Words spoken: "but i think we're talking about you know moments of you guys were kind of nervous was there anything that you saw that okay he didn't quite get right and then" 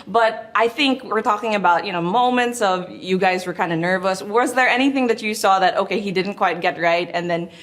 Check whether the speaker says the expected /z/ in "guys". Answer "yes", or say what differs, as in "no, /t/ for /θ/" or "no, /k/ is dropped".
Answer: yes